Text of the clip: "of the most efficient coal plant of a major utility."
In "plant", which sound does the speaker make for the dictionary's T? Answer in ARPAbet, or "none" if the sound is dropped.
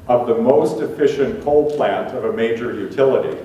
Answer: T